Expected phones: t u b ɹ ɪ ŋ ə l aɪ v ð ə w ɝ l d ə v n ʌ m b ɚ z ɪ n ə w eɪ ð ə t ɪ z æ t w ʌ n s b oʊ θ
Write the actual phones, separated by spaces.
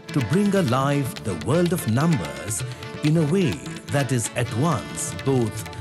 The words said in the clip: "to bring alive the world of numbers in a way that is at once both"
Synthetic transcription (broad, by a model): t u b ɹ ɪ ŋ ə l aɪ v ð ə w ɝ l d ə v n ʌ m b ɚ z ɪ n ə w eɪ ð ə t ɪ z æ t w ʌ n s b oʊ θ